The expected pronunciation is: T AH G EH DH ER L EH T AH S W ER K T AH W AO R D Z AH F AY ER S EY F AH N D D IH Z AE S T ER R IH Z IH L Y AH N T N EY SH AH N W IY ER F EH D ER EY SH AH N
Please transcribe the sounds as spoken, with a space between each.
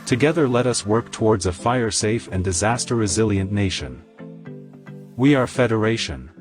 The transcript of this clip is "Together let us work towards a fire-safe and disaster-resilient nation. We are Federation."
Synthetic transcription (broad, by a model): T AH G EH DH ER L EH T AH S W ER K T AH W AO R D Z AH F AY ER S EY F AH N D D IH Z AE S T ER R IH Z IH L Y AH N N EY SH AH N W IY ER F EH D ER EY SH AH N